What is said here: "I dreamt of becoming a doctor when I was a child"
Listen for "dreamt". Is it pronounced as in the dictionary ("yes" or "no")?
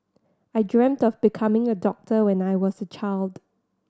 yes